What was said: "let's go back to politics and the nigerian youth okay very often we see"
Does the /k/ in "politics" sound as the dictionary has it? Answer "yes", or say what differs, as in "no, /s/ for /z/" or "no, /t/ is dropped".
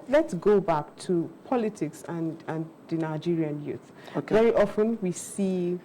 yes